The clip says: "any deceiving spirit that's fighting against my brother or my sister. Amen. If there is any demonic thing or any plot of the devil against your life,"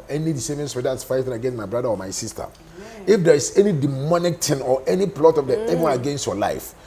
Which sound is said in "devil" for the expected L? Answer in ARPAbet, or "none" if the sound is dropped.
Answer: N